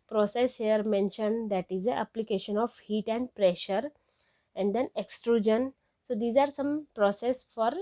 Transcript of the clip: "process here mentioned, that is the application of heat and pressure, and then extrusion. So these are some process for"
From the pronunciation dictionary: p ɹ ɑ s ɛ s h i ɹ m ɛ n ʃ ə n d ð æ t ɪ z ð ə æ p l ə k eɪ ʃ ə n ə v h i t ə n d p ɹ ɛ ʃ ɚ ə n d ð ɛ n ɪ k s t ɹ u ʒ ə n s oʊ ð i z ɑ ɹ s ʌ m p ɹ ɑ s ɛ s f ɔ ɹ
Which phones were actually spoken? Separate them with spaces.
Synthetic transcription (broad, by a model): p ɹ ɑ s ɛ s h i ɹ m ɛ n ʃ ə n d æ t ɪ z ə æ p l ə k eɪ ʃ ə n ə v h i t ə n d p ɹ ɛ ʃ ɚ ə n d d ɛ n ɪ k s t ɹ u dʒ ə n s oʊ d i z ɑ ɹ s ʌ m p ɹ ɑ s ɛ s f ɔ ɹ